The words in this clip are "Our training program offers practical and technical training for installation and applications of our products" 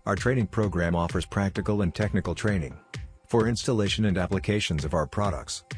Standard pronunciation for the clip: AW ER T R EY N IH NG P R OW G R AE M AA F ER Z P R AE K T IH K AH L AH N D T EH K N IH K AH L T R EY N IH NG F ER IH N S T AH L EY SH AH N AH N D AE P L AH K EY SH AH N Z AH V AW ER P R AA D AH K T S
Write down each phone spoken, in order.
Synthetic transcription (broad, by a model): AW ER T R EY N IH NG P R OW G R AE M AA F ER Z P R AE K T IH K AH L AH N T EH K N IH K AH L T R EY N IH NG F ER IH N S T AH L EY SH AH N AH N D AE P L AH K EY SH AH N Z AH V AW ER P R AA D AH K T S